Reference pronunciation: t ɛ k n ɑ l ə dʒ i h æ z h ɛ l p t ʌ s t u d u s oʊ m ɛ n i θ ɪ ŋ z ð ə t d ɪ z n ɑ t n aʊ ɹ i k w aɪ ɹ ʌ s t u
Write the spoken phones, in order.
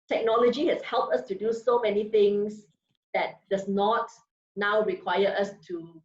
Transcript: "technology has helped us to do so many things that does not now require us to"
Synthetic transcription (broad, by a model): t ɛ k n ɑ l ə dʒ i h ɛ s h ɛ l p t ʌ s t u d u s oʊ m ɛ n i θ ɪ ŋ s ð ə t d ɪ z n ɑ t n aʊ ɹ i k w aɪ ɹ ʌ s t u